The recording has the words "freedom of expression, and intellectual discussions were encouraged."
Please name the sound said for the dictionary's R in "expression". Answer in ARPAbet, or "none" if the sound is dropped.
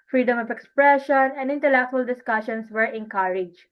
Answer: R